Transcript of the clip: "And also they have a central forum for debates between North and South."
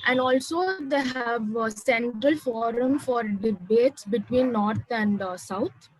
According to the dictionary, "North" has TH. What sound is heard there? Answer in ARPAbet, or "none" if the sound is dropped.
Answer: T